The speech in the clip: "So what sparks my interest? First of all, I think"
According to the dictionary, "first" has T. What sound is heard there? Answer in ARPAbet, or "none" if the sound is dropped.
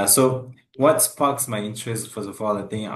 none